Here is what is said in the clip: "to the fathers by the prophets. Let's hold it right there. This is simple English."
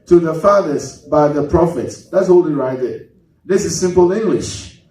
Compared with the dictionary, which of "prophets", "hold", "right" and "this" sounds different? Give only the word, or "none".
hold